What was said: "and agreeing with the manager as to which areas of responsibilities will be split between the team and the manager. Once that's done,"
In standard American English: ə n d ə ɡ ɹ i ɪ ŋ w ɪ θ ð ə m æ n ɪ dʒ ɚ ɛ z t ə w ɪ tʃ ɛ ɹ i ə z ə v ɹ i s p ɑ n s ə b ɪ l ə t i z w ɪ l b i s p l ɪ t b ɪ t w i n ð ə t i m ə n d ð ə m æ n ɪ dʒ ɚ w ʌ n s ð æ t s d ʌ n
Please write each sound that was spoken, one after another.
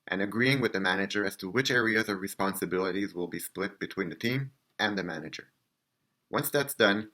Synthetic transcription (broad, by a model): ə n ə ɡ ɹ i ɪ ŋ w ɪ ð ə m æ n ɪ dʒ ɚ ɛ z t ə w ɪ tʃ ɛ ɹ i ə z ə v ɹ i s p ɑ n s ə b ɪ l ə t i z w ɪ l b i s p l ɪ t b ɪ t w i n ð ə t i m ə n ð ə m æ n ɪ dʒ ɚ w ʌ n s ð æ t s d ʌ n